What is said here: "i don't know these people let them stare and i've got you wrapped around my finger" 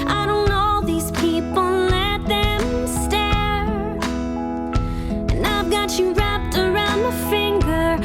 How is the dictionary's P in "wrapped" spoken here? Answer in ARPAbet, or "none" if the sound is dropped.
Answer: P